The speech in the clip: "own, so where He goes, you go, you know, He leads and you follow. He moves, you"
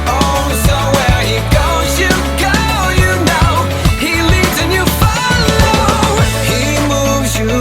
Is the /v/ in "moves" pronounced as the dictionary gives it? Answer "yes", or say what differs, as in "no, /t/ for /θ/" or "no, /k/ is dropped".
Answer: yes